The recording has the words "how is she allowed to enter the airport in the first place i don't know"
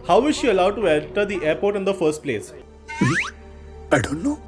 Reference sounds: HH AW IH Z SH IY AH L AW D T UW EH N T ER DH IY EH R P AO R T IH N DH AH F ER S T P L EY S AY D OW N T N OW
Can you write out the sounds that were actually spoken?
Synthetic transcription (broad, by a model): HH AW IH Z SH IY AH L AW D T UW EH L T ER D IY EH R P AO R T IH N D AH F ER S T P L EY S AY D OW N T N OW